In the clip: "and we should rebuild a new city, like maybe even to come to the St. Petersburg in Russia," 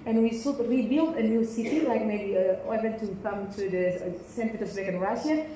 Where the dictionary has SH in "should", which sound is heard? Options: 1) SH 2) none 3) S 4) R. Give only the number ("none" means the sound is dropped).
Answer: 3